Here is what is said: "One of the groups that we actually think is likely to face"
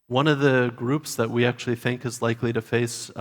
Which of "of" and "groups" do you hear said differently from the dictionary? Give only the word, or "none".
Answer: none